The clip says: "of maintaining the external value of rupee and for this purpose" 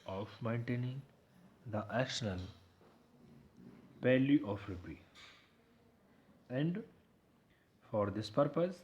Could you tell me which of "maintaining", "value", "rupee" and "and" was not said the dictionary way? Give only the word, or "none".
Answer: value